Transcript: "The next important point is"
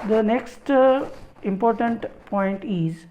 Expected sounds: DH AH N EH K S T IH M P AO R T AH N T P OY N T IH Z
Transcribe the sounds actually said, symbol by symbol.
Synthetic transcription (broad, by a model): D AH N EH K S T IH M P AO R T AH N T P OY N T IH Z